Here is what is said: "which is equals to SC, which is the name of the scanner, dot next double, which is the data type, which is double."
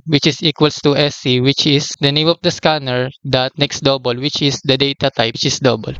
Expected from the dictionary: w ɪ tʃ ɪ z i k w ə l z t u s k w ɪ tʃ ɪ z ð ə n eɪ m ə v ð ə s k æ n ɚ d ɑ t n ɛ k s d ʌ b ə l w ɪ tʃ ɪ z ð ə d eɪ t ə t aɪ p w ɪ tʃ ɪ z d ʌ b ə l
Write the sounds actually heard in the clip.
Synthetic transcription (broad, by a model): w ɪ tʃ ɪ s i k w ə l s t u s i w ɪ tʃ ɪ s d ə n eɪ m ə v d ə s k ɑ n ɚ d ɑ t n ɛ k s d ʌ b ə l w ɪ tʃ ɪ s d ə d eɪ t ə t aɪ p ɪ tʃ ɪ s d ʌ b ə l